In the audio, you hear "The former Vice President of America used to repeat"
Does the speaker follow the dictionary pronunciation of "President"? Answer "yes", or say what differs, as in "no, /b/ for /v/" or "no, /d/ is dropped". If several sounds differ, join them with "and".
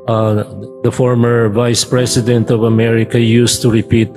no, /s/ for /z/